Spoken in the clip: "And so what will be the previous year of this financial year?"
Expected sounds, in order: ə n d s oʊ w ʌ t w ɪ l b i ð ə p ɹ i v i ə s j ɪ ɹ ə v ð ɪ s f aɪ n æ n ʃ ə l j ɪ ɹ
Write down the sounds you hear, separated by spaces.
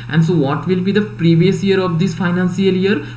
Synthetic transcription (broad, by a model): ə n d s oʊ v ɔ t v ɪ l b i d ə p ɹ i v i ə s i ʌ ɹ ə v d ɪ s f aɪ n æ n s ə l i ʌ ɹ